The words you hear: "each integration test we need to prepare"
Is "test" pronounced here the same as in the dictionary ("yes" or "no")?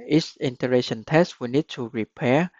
yes